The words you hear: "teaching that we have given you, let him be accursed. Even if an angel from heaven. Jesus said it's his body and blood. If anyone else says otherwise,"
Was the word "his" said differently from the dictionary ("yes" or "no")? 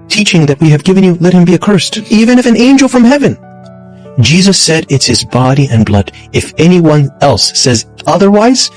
no